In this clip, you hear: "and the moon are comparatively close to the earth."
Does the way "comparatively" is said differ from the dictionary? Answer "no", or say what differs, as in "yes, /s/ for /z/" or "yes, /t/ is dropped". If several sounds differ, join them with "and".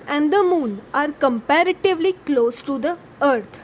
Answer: no